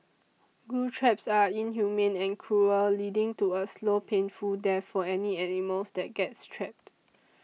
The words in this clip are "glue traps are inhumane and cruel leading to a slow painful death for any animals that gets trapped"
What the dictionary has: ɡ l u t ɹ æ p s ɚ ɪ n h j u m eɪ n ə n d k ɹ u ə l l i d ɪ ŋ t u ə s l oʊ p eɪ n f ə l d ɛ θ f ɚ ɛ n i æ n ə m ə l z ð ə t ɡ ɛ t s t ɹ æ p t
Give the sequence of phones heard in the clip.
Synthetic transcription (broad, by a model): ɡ u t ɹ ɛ p s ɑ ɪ n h j u m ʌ n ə n k ɹ u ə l l i d ɪ ŋ t u ə s l oʊ p eɪ n f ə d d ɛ f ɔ ɛ n i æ n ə m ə l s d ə t ɡ ɛ t s t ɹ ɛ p t